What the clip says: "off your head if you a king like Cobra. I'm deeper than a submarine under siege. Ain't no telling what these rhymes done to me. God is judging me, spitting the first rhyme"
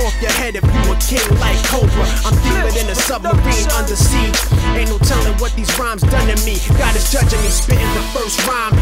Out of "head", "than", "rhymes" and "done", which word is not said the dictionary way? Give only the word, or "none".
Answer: none